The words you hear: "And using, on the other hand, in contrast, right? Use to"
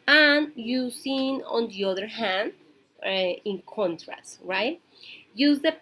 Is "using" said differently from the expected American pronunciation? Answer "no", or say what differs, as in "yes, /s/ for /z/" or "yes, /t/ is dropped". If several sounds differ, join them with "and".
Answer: yes, /s/ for /z/